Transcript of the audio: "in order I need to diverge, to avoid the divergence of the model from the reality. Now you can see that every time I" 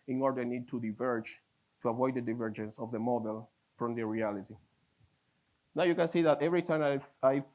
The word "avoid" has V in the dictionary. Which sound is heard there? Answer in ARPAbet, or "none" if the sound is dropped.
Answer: V